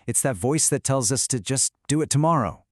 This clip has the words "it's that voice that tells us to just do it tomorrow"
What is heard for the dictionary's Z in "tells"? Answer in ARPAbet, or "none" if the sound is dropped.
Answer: Z